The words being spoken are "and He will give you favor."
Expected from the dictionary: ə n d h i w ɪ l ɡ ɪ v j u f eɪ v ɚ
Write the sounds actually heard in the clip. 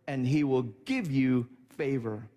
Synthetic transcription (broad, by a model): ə n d h i w ɪ l ɡ ɪ v j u f eɪ v ɚ